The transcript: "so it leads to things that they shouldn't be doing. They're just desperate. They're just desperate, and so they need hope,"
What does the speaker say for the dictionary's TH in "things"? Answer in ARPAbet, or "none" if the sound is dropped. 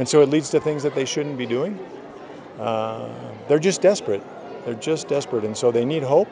TH